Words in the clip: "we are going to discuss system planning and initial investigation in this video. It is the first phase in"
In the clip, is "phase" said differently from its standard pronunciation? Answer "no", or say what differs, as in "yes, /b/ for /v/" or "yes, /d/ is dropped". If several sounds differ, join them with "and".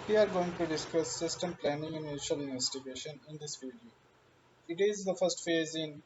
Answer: no